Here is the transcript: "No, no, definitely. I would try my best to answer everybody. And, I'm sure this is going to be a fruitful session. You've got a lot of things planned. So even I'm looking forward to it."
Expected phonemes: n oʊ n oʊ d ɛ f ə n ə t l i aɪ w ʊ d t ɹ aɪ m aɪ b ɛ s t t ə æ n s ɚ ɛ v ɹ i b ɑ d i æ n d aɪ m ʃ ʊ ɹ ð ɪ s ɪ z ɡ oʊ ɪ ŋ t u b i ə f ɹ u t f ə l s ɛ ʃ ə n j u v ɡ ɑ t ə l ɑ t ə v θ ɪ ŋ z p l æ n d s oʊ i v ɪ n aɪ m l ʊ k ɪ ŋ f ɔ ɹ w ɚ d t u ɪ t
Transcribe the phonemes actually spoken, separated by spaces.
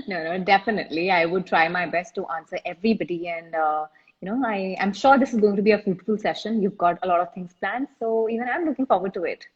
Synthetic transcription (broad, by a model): n oʊ n oʊ d ɛ f ə n ə t l i aɪ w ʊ d t ɹ aɪ m aɪ b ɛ s t t ə n s ɚ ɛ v ɹ i b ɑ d i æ n d aɪ m ʃ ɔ ɹ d ɪ s ɪ z ɡ oʊ ɪ ŋ t u b i ə f u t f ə l s ɛ ʃ ə n j u v ɡ ɑ t ə l ɑ t ə v t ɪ ŋ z p l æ n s s oʊ i v ɪ n aɪ m l ʊ k ɪ ŋ f ɔ ɹ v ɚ d t u ɪ t